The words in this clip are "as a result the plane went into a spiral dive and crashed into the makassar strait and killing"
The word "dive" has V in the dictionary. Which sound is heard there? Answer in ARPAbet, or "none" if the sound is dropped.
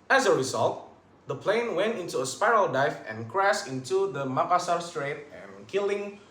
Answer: F